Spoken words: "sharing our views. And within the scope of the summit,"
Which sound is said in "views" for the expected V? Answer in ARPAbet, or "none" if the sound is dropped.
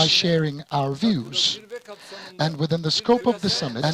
V